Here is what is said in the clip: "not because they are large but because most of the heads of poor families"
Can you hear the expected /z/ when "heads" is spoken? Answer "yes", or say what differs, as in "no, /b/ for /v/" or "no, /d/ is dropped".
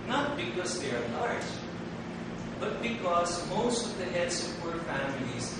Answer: no, /s/ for /z/